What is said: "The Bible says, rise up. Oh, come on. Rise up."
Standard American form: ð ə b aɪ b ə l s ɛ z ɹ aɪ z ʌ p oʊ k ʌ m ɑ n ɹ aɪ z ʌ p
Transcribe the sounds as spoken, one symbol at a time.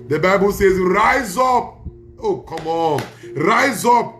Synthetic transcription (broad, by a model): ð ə b aɪ b ə l s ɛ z ɹ aɪ z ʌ p oʊ k ʌ m ɑ n ɹ aɪ z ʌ p